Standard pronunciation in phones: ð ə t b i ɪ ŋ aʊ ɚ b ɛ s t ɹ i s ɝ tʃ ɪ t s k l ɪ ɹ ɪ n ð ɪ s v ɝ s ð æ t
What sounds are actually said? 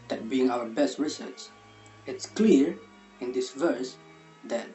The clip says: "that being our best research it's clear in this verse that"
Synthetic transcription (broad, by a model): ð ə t b i ɪ ŋ aʊ ɚ b ɛ s t ɹ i s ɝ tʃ ɪ t s k l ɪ ɹ ɪ n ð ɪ s v ɝ s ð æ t